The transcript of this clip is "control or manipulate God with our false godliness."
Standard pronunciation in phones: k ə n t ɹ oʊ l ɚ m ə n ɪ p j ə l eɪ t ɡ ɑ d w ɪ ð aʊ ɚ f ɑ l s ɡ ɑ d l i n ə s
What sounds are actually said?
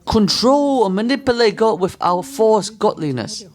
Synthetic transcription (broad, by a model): k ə n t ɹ oʊ l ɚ m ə n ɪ p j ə l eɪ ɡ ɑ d w ɪ ð aʊ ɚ f ɑ s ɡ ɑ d l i n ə s